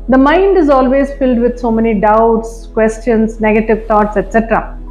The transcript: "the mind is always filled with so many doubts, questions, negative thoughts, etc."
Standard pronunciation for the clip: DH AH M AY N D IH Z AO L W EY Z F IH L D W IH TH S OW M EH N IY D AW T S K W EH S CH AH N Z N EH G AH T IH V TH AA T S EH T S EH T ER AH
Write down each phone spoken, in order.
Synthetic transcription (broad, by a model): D AH M AY N D IH Z AO L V EY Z F IH L D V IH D S OW M EH N IY D AW T S K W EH S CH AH N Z N EH G AH T IH V T AA T S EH T S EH T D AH